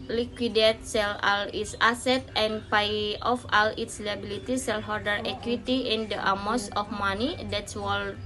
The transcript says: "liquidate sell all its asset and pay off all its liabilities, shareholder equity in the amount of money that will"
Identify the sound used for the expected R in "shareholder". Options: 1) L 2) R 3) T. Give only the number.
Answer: 1